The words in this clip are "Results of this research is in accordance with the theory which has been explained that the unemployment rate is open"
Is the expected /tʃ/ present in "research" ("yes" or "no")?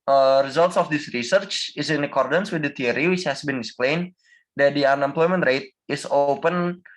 yes